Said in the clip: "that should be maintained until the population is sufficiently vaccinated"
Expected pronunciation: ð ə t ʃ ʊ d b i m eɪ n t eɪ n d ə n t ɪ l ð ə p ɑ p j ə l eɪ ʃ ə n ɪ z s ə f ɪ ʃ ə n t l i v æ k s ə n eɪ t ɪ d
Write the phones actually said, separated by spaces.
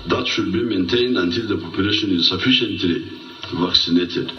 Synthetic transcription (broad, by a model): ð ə t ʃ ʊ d b i m eɪ n t eɪ n d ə n t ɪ l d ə p ɑ p j ə l eɪ ʃ ə n ɪ z s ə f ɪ ʃ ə n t l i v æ k s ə n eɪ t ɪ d